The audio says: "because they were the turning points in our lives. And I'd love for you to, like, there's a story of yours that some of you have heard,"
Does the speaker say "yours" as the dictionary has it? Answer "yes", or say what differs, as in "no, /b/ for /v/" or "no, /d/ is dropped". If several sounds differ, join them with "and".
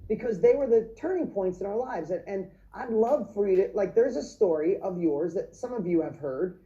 yes